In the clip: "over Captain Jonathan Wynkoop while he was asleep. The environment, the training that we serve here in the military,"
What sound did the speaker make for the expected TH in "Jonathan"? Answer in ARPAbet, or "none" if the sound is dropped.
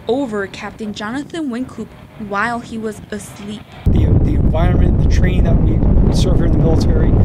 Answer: TH